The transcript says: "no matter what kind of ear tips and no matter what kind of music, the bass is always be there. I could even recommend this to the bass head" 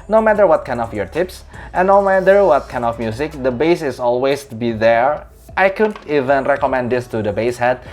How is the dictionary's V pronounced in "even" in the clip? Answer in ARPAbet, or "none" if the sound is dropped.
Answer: V